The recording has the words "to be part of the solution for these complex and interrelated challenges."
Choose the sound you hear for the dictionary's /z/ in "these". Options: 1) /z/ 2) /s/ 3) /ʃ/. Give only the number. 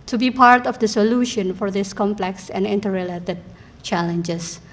2